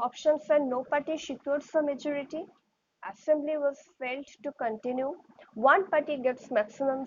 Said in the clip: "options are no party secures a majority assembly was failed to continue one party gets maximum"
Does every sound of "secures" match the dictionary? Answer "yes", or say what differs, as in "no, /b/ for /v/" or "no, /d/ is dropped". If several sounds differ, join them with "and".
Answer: no, /ʃ/ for /s/